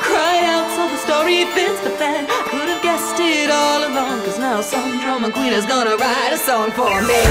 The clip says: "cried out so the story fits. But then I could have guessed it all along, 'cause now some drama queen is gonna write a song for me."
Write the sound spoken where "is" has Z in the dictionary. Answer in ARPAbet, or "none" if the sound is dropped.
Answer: Z